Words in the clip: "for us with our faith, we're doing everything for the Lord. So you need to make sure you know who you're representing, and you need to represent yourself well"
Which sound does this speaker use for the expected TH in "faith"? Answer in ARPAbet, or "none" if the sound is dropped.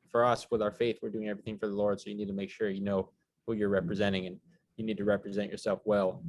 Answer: TH